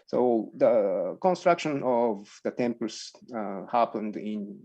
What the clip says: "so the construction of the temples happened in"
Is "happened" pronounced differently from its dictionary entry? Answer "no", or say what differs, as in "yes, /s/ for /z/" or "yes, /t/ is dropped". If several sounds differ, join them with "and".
no